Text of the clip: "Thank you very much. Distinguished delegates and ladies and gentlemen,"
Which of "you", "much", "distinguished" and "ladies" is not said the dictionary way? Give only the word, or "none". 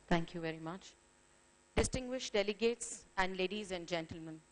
none